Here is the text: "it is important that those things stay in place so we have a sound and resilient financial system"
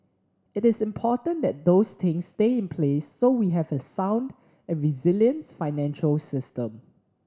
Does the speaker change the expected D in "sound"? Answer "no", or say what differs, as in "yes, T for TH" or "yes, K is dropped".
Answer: no